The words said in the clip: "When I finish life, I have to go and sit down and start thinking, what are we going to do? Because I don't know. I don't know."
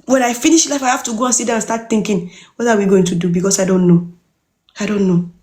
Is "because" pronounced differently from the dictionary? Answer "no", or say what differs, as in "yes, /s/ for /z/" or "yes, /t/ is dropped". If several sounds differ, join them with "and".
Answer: yes, /s/ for /z/